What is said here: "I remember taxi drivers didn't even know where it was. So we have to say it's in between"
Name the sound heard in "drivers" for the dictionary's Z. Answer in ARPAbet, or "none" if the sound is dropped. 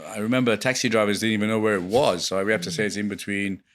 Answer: Z